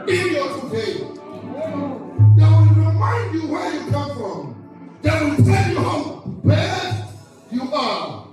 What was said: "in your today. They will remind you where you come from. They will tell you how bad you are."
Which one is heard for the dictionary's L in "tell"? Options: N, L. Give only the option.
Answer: N